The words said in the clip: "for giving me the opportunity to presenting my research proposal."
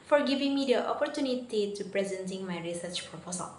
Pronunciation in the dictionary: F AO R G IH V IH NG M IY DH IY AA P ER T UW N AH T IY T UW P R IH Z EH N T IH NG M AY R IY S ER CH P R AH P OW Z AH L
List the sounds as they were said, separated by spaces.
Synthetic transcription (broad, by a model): F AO R G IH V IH NG M IY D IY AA P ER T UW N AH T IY T UW P R IH Z EH N T IH NG M AY R IY S ER CH P R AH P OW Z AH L